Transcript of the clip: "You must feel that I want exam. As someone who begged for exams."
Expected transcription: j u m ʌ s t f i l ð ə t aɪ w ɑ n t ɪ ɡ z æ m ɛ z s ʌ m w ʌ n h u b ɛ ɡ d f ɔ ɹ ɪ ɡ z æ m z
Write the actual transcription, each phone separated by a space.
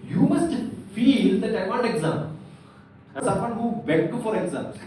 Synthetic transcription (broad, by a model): j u m ʌ s t f i l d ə t aɪ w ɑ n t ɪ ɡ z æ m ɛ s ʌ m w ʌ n h u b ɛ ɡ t f ɔ ɹ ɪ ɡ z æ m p